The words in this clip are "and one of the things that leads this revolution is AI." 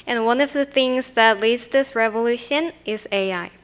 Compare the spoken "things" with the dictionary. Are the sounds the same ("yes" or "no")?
yes